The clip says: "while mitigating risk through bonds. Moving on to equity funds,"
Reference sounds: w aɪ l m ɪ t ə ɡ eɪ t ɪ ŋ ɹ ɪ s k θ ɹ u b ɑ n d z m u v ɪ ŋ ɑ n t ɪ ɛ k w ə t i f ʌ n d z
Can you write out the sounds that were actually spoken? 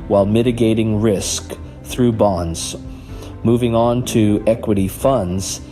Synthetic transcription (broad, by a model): w aɪ l m ɪ t ə ɡ eɪ t ɪ ŋ ɹ ɪ s k θ ɹ u b ɑ n d z m u v ɪ ŋ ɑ n t ɪ ɛ k w ə t i f ʌ n d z